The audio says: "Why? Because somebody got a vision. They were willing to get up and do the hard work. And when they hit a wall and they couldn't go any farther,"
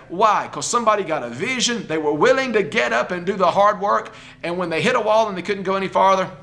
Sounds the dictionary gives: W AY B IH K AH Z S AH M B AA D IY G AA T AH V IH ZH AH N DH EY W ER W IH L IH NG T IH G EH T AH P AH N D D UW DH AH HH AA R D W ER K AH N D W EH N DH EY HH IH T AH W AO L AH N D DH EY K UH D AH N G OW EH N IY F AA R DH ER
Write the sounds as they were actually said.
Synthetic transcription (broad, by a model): W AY IH K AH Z S AH M B AA D IY G AA T AH V IH ZH AH N DH EY W ER W IH L IH NG T IH G EH T AH P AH N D D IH DH AH HH AA R D W ER K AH N W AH N DH EY HH IH T AH W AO L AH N DH EY K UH D N G OW EH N IY F AA R DH ER